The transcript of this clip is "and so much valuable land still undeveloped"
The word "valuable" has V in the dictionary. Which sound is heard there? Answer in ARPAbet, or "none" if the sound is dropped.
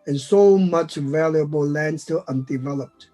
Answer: V